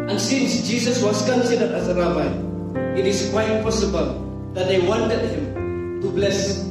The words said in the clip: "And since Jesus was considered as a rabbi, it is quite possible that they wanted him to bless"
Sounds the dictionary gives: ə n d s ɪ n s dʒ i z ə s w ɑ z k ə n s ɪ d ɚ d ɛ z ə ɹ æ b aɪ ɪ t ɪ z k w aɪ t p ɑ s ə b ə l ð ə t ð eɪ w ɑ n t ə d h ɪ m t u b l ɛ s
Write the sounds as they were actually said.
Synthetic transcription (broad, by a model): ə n s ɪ n s dʒ i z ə s w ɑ s k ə n s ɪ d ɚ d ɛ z ə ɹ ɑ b aɪ ɪ t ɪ s k w aɪ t p ɑ s ə b ə l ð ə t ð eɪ w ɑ n t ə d h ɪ m t u b l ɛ s